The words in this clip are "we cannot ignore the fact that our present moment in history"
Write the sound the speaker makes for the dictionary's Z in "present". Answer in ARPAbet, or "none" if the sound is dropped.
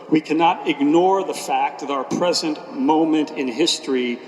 Z